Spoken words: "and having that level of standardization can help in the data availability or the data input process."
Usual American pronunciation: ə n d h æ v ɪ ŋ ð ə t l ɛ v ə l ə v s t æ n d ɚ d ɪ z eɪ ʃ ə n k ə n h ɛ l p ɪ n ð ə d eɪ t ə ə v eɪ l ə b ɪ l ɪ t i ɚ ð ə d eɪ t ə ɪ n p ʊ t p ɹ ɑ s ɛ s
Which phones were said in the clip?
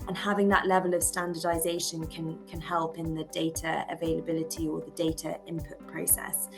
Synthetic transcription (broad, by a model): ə n h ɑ v ɪ ŋ ð ə t l ɛ v ə l ə v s t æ n d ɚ d ɪ z eɪ ʃ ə n k ə n h ɛ l p ɪ n ð ə d eɪ t ə ə v eɪ l ə b ɪ l ɪ t i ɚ ð ə d eɪ t ə ɪ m p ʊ t p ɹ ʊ s ɛ s